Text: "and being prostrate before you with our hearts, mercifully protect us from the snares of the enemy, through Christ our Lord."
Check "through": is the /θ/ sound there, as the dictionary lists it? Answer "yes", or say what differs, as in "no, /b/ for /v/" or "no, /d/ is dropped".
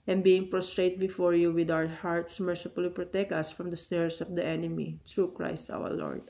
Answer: no, /t/ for /θ/